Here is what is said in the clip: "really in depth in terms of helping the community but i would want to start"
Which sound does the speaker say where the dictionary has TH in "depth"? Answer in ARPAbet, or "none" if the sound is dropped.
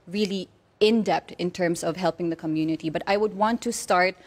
T